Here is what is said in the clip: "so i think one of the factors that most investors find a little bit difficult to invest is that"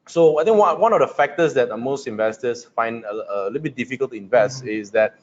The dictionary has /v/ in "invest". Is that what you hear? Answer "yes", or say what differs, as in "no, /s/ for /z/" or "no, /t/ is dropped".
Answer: yes